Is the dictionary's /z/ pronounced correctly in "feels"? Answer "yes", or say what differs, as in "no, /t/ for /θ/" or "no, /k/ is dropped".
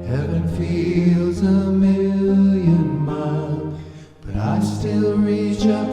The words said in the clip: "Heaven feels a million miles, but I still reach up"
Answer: yes